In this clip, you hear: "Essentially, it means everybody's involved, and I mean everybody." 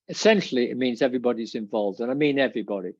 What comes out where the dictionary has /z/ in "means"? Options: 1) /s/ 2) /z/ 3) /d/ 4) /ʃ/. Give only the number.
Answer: 2